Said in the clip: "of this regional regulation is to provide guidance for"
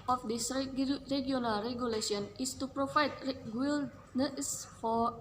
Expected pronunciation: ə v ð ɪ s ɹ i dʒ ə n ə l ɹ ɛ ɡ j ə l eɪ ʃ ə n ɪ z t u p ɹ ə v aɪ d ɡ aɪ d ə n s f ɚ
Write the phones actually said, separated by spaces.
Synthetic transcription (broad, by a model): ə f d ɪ s ɹ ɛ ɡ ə n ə l ɹ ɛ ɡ j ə l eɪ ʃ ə n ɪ s t u p ɹ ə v aɪ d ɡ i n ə s f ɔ